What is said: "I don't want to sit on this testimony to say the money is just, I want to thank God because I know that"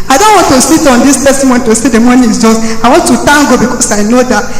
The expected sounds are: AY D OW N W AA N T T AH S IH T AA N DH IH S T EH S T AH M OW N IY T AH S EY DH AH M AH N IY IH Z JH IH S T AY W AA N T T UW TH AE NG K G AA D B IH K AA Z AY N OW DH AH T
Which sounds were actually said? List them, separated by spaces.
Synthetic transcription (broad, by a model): AY D OW N W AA N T T AH S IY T AA N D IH S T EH S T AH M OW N T AH S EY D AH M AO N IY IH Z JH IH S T AY W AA N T T UW T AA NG G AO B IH K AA S AY N OW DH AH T